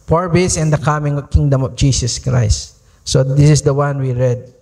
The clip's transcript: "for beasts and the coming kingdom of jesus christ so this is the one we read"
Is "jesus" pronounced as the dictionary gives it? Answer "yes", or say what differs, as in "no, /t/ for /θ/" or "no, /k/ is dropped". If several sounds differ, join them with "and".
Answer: no, /s/ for /z/